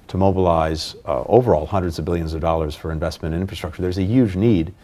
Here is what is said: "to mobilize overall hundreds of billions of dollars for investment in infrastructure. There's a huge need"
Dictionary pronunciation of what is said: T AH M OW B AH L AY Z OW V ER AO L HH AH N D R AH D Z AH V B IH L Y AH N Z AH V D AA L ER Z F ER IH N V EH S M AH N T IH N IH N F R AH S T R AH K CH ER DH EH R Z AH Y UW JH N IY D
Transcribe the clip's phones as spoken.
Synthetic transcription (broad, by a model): T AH M OW B AH L AY Z OW V ER AO L HH AH N D R AH D Z AH V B IH L Y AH N Z AH V D AA L ER Z F ER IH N V EH S M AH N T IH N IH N F R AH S T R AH K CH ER DH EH R Z AH Y UW JH N IY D